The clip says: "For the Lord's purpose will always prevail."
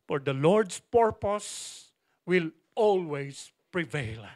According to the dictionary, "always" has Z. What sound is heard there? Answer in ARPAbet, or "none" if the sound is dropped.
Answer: S